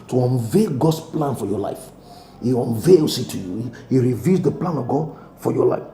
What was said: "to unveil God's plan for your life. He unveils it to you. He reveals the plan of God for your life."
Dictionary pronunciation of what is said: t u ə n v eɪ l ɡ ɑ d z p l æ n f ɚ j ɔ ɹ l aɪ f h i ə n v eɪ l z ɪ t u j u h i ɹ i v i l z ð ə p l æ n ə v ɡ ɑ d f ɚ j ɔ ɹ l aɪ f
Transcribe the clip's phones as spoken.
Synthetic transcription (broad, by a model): t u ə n v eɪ ɡ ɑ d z p l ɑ n f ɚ j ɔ l aɪ f h i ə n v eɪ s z ɪ t u j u h i ɹ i v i z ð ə p l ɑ n ə v ɡ ɑ d f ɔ j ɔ l aɪ f